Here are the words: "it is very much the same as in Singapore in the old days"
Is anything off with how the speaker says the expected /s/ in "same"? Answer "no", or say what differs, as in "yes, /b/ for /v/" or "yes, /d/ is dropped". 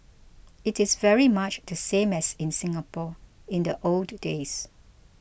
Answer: no